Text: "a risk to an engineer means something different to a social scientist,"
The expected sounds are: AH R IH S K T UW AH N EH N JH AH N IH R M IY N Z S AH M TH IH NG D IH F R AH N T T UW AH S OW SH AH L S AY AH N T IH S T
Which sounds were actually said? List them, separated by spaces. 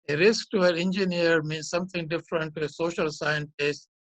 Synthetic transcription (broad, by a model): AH R IH S K T UW AH N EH N JH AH N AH R M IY N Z S AH M T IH NG D IH F R AH N T T UW AH S OW SH AH L S AY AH N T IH S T